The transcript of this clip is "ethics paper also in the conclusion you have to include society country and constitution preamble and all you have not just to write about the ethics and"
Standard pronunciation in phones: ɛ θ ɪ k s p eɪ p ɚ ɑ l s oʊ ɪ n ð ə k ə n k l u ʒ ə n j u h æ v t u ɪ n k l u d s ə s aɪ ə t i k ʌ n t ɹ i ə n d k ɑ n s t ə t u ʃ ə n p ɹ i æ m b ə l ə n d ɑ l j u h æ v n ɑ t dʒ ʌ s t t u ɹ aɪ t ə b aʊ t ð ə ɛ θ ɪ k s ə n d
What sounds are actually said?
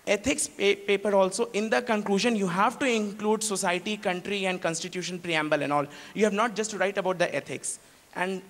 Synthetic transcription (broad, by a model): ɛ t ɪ k s p eɪ p ɚ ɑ l s oʊ ɪ n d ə k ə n k l u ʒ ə n j u h æ v t u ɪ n k l u d s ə s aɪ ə t i k ʌ n t ɹ i ə n d k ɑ n s t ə t u ʃ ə n p ɹ i æ m b ə l ə n d ɑ l j u h æ v n ɑ t dʒ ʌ s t t u ɹ aɪ t ə b aʊ t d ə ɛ t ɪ k s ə n d